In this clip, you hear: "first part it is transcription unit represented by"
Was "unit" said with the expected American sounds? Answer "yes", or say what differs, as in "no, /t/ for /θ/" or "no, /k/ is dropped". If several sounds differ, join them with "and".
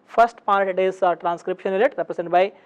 no, /l/ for /n/